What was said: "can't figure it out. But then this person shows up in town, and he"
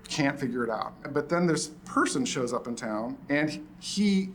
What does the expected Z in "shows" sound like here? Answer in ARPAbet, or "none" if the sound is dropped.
Z